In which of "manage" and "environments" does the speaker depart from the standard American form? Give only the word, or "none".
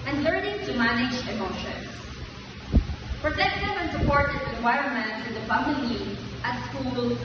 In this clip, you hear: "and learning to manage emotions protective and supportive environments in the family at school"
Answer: environments